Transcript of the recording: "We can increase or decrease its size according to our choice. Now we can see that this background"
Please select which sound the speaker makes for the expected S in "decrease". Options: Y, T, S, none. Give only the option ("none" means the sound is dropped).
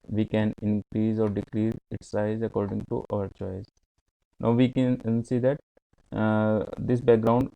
none